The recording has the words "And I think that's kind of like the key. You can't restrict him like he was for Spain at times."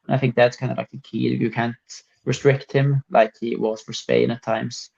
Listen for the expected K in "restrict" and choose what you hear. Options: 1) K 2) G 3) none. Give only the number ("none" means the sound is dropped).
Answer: 1